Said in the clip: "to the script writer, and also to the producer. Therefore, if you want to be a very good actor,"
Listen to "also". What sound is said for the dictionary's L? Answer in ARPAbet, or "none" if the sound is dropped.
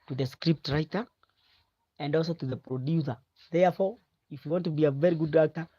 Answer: L